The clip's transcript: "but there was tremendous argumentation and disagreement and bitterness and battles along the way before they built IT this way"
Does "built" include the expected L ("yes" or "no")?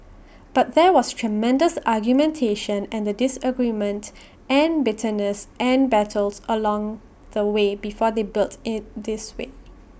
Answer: yes